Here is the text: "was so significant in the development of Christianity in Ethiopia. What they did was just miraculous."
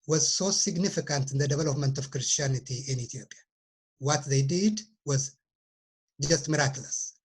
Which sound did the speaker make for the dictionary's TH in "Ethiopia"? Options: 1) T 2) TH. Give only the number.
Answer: 1